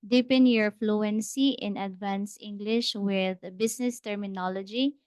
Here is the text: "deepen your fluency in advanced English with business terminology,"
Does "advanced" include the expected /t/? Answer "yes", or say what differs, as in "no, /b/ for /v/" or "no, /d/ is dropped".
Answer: no, /t/ is dropped